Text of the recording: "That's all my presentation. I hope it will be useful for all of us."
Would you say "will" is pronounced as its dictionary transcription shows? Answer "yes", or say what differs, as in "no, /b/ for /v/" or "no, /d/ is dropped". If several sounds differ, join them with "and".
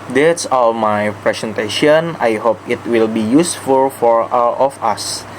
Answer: yes